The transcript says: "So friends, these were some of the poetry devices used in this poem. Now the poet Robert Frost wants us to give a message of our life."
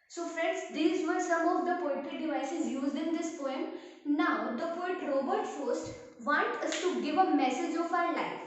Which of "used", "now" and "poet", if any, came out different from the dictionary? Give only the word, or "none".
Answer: none